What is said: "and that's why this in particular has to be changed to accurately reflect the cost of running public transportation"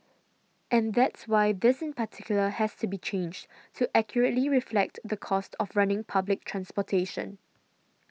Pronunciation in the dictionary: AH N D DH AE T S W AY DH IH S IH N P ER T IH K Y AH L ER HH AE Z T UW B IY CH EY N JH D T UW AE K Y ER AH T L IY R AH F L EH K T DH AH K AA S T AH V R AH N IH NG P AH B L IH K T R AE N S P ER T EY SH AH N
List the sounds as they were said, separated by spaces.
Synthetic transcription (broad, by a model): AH N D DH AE T S W AY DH IH S IH N P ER T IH K Y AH L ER HH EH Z T UW B IY CH EY N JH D T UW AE K Y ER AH T L IY R AH F L EH K T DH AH K AA S T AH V R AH N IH NG P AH B L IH K T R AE N S P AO T EY SH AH N